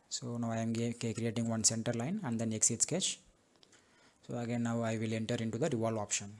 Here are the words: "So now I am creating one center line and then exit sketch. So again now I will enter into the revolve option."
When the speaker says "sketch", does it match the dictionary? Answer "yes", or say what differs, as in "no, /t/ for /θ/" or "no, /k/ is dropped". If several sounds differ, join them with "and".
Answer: yes